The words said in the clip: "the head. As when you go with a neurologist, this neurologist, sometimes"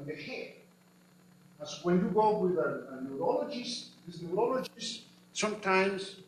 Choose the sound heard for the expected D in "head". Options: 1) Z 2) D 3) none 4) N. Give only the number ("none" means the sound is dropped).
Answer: 3